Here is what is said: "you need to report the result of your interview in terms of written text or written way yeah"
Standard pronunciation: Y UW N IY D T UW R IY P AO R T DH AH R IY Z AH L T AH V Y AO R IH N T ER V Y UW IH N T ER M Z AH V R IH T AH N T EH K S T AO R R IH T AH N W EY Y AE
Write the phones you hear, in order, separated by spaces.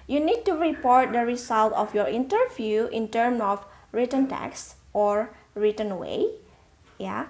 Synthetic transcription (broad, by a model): Y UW N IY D T UW R IY P AO R T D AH R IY S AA L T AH F Y AO R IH N T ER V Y UW IH N T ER M AH F R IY T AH N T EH K S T AO R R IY T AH N W EY Y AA